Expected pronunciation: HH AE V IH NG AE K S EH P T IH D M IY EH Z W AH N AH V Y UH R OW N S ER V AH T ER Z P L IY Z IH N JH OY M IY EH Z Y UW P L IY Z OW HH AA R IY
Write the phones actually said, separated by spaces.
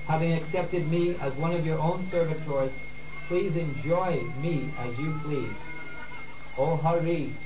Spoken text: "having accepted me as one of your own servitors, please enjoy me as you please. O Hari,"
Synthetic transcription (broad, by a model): HH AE V IH NG AE K S EH P T IH D M IY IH Z W AH N AH V Y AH R OW N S ER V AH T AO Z P L IY Z IH N JH OY M IY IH Z Y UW P L IY Z OW HH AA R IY